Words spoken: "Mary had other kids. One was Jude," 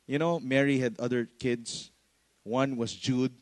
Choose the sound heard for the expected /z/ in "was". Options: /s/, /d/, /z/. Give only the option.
/s/